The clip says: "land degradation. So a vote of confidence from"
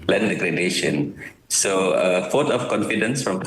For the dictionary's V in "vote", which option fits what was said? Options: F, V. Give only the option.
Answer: F